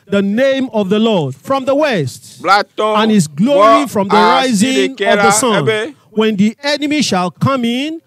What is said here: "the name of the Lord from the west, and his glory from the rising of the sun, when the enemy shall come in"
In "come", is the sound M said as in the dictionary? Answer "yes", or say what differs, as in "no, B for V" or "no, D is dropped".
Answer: yes